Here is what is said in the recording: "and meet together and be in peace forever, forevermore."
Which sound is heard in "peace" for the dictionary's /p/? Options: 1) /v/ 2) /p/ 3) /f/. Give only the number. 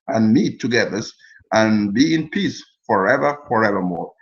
2